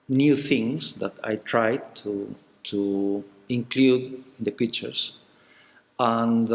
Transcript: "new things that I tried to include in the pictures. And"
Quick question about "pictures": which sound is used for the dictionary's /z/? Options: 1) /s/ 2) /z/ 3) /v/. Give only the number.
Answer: 1